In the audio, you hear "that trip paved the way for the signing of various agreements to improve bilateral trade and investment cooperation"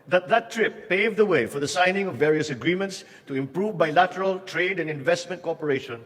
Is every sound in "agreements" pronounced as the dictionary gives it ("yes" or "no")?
yes